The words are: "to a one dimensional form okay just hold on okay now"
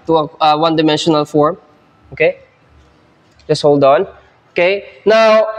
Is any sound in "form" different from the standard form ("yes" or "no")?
no